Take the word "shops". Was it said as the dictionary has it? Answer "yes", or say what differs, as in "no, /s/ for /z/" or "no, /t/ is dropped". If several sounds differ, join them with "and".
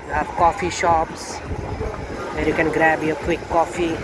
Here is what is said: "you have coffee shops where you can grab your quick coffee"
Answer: yes